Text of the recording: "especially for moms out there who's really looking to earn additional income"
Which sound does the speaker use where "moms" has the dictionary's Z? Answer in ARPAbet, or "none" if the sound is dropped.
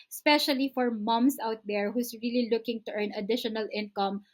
S